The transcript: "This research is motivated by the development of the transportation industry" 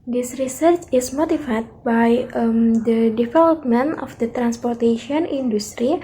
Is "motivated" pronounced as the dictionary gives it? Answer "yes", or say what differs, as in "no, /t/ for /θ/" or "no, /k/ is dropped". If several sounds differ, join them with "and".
no, /f/ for /v/